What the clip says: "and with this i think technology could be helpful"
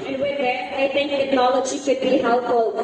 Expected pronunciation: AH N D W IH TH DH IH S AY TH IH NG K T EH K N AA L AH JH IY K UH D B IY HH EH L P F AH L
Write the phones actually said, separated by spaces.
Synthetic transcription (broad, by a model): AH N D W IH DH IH AY T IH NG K T EH K N AA L AH JH IY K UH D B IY HH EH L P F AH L